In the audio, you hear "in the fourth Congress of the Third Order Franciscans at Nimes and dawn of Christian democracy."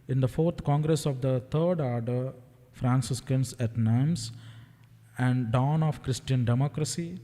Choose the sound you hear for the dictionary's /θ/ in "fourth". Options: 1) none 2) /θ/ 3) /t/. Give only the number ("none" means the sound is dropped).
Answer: 3